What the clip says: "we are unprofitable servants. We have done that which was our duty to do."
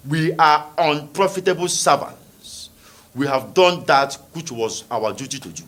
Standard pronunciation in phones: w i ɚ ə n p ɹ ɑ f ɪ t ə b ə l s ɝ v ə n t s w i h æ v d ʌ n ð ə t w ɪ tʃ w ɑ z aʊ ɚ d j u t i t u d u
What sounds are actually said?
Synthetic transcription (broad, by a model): w i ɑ ə n p ɹ ɑ f ɪ t ə b ə l s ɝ v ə n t s w i h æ v d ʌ n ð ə t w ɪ tʃ w ɑ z aʊ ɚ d j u t i t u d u